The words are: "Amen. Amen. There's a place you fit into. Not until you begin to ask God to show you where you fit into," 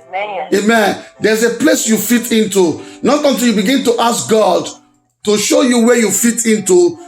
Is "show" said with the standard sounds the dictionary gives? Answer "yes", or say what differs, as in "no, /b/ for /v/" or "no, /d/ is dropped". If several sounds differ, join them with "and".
yes